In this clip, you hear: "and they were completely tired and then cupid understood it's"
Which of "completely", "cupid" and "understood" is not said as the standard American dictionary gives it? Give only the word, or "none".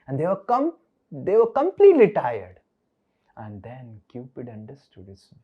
none